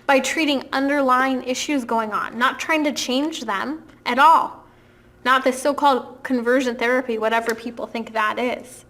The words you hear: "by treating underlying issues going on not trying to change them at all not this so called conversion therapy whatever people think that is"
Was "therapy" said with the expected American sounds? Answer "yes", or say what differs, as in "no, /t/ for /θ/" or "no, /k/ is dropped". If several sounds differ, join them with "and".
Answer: yes